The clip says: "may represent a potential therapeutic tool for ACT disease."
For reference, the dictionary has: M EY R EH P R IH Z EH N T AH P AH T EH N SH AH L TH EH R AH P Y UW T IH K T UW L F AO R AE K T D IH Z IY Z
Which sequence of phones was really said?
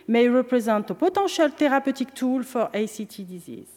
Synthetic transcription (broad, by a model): M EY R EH P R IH Z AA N T AH P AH T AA SH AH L T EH R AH P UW T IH K T UW L F AO R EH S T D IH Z IY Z